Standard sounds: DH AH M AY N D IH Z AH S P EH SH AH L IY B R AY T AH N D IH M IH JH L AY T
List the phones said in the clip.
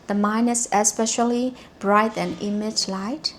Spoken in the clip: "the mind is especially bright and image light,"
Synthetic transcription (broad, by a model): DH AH M AY N IH S AH S P EH SH AH L IY B R AY T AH N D IH M IH JH L AY T